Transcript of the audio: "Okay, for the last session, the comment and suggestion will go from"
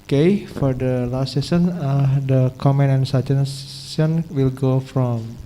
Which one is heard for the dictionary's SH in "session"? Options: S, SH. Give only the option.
S